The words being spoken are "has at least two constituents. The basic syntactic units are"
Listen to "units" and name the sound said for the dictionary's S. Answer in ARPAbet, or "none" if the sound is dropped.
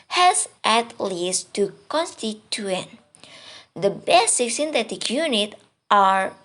none